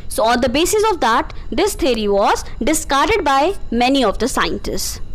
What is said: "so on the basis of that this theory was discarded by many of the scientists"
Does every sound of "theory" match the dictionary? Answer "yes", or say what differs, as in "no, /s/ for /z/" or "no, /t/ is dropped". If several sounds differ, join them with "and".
no, /t/ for /θ/